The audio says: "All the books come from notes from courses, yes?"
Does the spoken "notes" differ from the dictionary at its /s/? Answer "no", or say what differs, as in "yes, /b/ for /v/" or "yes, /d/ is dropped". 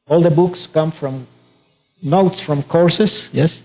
no